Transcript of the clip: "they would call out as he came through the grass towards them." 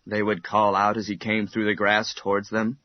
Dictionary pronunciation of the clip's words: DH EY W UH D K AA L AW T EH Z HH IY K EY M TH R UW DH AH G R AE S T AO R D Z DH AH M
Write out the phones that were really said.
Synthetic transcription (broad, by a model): DH EY W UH D K AA L AW T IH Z IY K EY M TH R UW DH AH G R AE S T AO R D Z DH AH M